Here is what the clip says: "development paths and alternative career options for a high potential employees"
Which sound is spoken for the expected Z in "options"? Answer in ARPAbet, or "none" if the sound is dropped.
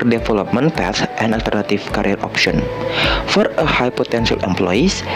none